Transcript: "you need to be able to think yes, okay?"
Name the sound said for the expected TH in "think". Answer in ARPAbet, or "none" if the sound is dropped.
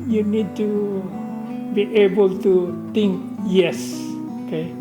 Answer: T